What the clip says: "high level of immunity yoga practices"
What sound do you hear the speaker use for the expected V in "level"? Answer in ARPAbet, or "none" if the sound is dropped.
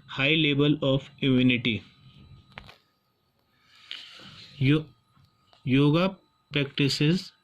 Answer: B